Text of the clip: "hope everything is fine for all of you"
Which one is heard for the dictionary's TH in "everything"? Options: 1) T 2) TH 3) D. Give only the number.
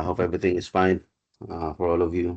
1